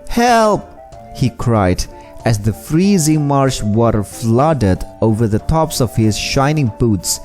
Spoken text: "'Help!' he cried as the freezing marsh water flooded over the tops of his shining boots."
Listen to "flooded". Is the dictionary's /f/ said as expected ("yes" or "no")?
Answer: yes